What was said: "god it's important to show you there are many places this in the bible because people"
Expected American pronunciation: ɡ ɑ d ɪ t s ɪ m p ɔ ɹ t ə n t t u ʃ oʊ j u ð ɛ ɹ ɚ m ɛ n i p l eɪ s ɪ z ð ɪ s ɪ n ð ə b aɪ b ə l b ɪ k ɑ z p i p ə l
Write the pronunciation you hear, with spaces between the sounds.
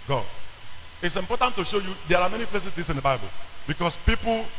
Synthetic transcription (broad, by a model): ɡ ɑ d ɪ t s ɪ m p ɔ t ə n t t u ʃ oʊ j u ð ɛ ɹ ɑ m ɛ n i p l eɪ s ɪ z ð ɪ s ɪ n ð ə b aɪ b ə l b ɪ k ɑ s p i p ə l